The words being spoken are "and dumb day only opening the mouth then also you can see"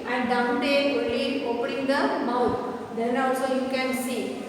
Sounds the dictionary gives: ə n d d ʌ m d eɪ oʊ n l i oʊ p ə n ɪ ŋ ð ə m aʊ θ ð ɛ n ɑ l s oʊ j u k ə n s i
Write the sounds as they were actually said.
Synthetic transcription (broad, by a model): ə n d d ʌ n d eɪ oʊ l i oʊ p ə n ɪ ŋ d ə m aʊ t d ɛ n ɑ s oʊ j u k ə n s i